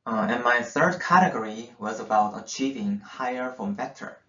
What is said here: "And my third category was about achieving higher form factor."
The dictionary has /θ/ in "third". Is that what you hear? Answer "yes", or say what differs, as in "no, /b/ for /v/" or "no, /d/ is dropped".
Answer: yes